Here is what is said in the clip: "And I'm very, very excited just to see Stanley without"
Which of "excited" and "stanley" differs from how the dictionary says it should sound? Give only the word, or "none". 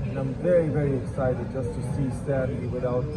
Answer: stanley